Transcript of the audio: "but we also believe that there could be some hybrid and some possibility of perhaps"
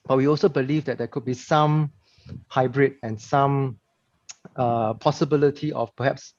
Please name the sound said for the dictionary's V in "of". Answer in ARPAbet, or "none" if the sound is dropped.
F